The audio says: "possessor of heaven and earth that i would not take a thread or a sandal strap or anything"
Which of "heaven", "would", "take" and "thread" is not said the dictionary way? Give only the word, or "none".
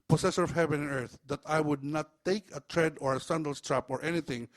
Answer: thread